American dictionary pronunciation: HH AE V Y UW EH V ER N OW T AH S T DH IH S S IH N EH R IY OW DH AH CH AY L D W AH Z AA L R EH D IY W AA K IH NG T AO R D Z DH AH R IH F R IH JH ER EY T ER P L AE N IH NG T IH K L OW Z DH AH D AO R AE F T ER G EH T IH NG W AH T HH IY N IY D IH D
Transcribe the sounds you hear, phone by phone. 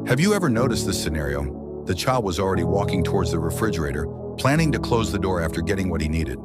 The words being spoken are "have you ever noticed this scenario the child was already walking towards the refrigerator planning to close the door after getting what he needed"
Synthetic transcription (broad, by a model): HH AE V Y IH EH V ER N OW T AH S T DH IH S S IH N EH R IY OW DH AH CH AY L D W AH Z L R EH D IY W AA K IH NG T AO R D Z DH AH R IH F R IH JH ER EY T ER P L AE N IH NG T IH K L OW Z DH AH D AO R AE F T ER G EH T IH NG W AH T HH IY N IY D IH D